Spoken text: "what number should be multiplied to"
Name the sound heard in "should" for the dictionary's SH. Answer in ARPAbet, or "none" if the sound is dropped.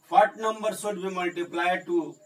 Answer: S